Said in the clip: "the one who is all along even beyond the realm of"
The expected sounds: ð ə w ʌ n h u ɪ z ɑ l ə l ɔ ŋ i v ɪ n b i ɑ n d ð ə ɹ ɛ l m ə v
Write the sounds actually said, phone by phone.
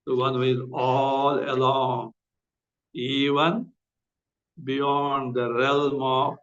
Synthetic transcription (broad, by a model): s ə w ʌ n h u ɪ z ɑ l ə l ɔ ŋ i v ɪ n b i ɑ n d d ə ɹ ɛ l m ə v